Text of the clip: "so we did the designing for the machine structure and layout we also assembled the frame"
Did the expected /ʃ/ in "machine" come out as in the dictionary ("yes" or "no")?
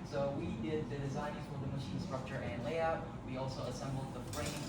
yes